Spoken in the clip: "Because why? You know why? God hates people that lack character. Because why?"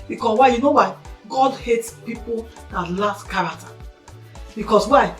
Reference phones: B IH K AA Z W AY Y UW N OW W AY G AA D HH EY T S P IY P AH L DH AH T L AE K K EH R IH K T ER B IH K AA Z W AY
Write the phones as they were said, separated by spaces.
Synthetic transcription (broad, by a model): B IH K AA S W AY Y UW N OW W AY G AA D HH EY T S P IY P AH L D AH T L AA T K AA R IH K T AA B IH K AA S W AY